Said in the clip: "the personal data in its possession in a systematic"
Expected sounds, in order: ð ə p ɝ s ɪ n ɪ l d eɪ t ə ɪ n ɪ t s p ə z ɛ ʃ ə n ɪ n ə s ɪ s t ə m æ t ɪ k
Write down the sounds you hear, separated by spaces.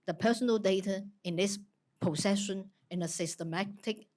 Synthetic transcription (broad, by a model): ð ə p ɝ s ɪ n ɪ l d eɪ t ə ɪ n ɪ s p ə s ɛ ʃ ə n ɪ n ə s ɪ s t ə m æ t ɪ k